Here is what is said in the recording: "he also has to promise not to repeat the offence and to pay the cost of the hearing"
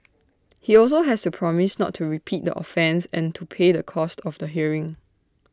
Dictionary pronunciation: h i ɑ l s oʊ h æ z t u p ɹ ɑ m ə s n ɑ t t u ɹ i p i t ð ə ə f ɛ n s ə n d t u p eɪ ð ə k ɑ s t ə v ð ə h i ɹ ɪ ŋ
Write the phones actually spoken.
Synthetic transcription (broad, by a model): h i ɑ l s oʊ h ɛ s t u p ɹ ɑ m ə s n ɑ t t u ɹ i p i t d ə ə f ɛ n s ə n t u p eɪ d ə k ɑ s t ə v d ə h i ɹ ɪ ŋ